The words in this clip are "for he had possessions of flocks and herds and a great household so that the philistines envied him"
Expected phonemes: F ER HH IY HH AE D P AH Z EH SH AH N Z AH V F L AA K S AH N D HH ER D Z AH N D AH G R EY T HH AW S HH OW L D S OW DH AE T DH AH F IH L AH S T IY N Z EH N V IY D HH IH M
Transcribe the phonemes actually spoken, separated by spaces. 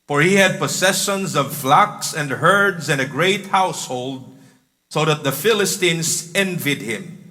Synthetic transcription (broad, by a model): F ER HH IY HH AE D P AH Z EH SH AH N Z AH V F L AA K S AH N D HH ER D Z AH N AH G R EY T HH AW S HH OW L D S OW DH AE T DH AH F IH L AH S T IY N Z EH N V IY D HH IH M